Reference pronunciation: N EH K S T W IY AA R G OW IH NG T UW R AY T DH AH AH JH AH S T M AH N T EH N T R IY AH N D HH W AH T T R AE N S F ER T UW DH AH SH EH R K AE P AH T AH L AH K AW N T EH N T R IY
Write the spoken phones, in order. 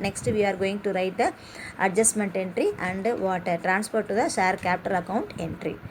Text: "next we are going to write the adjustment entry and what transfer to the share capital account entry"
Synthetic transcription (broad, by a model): N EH K S T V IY AA R G OW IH NG T UW R AY T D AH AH JH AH S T M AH N T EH N T R IY AH N D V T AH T T R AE N S P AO T UW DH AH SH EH R K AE P T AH L AH K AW N T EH N T R IY